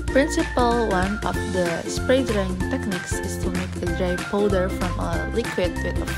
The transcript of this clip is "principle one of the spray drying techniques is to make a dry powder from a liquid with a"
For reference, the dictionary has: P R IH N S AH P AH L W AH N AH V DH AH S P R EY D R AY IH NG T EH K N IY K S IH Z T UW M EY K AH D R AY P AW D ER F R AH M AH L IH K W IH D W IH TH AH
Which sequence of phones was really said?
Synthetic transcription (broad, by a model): P R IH N S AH P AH L W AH N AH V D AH S P R EY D R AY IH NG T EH K N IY K S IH S T UW M EY K AH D R AY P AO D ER F R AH M AH L IH K W IH D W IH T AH